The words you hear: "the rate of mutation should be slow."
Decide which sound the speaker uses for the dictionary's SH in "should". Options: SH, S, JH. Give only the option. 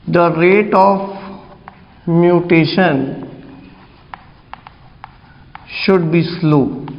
SH